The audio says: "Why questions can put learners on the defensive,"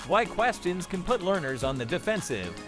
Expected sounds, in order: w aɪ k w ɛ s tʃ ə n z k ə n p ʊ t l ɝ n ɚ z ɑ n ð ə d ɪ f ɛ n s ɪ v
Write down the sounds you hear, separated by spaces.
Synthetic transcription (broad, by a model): w aɪ k w ɛ s tʃ ə n z k ə n p ʊ t l ɝ n ɚ z n ð ə d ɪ f ɛ n s ɪ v